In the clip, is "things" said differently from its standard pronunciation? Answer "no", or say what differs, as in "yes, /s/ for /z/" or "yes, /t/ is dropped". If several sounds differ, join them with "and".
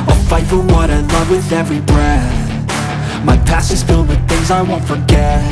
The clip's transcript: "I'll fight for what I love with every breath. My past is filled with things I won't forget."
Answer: no